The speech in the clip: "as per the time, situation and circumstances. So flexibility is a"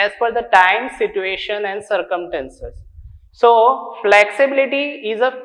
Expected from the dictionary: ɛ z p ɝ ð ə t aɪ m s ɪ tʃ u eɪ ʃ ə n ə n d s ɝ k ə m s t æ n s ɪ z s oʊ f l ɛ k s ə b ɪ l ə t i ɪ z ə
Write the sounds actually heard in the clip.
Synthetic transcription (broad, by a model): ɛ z f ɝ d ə t aɪ m s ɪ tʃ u eɪ ʃ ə n ə n d s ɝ k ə m s t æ n s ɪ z s oʊ f l ɛ k s ə b ɪ l ə t i ɪ z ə